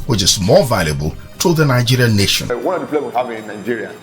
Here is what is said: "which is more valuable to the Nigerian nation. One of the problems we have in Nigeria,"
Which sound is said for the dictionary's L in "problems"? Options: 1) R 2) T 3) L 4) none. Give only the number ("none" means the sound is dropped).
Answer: 4